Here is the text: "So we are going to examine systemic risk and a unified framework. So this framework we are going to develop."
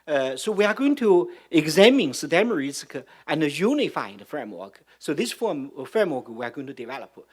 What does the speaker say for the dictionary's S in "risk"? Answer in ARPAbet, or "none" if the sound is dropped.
none